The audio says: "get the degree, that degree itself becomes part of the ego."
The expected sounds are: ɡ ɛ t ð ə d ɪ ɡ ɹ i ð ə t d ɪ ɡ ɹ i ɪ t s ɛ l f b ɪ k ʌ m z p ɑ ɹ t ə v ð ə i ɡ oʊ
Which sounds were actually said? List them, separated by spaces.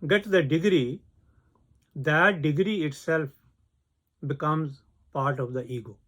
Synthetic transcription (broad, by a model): ɡ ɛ t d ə d ɪ ɡ ɹ i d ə t d ɪ ɡ ɹ i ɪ t s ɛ l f b ɪ k ʌ m z p ɑ ɹ t ə v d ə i ɡ oʊ